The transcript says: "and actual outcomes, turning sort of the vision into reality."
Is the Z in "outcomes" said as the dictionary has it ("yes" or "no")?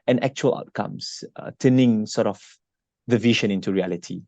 no